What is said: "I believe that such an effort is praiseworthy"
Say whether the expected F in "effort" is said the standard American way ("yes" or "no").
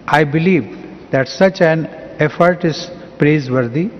yes